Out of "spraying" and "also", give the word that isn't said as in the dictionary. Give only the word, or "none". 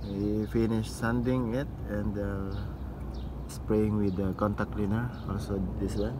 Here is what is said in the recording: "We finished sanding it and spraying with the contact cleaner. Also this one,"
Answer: none